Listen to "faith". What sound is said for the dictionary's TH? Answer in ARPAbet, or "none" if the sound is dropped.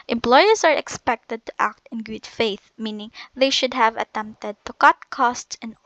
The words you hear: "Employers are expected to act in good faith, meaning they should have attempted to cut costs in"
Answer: TH